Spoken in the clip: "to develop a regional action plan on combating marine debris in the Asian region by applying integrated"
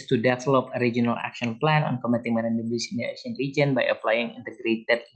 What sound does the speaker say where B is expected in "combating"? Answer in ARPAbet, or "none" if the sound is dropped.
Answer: none